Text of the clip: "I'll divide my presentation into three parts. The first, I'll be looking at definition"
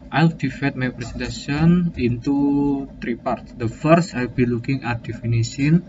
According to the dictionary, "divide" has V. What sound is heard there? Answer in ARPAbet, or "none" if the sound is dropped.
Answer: F